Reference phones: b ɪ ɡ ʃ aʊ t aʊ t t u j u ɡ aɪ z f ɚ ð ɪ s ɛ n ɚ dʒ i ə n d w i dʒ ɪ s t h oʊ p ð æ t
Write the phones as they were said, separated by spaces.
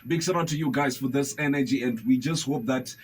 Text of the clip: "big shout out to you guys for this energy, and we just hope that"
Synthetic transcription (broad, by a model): b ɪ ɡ s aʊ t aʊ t t u j u ɡ aɪ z f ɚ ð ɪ s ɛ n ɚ dʒ i ə n d w i dʒ ɪ s t h oʊ p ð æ t